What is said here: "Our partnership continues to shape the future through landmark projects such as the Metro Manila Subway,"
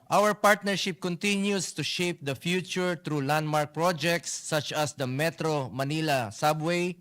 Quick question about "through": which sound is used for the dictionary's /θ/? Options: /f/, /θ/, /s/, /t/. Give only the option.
/t/